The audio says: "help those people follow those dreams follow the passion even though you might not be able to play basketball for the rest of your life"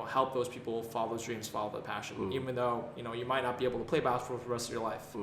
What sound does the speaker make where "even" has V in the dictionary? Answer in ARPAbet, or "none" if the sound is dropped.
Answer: V